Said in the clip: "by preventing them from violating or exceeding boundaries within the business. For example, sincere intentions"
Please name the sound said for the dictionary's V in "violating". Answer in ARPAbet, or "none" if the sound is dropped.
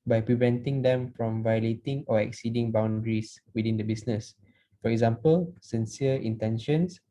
V